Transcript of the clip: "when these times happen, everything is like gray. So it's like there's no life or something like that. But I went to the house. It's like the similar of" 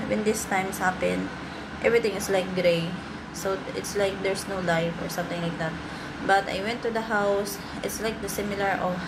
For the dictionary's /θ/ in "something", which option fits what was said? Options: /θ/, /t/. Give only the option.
/t/